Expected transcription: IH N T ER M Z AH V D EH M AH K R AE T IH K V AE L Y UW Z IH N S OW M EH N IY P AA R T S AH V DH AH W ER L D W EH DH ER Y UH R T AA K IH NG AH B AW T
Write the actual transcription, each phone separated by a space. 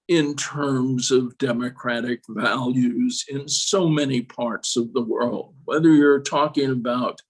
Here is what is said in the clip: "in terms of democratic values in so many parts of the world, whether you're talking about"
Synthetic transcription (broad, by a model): IH N T ER M Z AH V D EH M AH K R AE T IH K V AE L Y UW Z IH N S OW M EH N IY P AA R T S AH V DH AH W ER L D W EH DH ER Y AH R T AA K IH NG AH B AW T